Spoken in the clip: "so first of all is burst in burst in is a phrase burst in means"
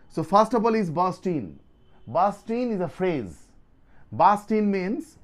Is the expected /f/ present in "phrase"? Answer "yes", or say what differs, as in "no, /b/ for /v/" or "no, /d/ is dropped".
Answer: yes